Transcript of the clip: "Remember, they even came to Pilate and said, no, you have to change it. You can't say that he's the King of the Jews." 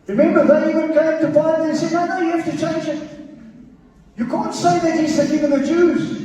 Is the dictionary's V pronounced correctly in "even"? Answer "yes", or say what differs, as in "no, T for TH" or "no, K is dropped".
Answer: no, W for V